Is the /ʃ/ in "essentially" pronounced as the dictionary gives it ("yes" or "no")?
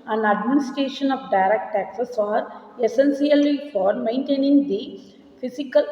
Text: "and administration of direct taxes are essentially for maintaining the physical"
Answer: no